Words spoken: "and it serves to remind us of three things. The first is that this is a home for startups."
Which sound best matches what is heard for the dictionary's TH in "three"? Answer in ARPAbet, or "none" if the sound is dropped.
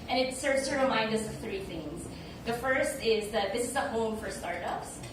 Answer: TH